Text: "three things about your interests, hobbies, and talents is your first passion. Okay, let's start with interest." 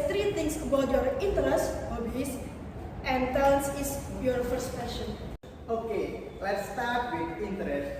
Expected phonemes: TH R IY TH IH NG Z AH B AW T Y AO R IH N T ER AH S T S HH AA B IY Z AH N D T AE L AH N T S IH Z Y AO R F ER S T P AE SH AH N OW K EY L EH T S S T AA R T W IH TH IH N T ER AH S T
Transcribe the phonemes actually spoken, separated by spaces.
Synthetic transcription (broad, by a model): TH R IY T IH NG S AH B AW T Y AO R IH N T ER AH S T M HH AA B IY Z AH N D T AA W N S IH S Y AO R F ER S T F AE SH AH N OW K EY L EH T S S T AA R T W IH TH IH N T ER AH S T